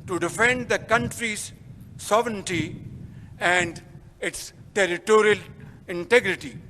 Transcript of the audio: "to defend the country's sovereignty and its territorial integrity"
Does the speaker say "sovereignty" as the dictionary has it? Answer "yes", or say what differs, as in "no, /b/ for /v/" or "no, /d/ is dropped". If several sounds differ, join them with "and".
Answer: yes